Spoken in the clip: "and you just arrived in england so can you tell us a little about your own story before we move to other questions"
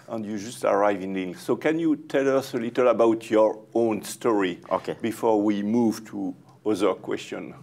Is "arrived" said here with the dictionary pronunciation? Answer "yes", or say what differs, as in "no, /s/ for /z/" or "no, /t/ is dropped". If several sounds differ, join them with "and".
no, /d/ is dropped